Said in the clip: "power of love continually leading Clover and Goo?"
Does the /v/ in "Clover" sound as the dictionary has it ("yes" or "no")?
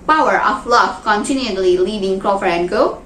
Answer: no